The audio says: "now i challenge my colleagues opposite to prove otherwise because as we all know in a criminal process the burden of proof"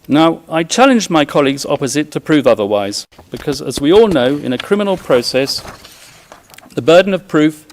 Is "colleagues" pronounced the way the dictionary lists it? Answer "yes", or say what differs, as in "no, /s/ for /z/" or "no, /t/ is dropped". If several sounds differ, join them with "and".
yes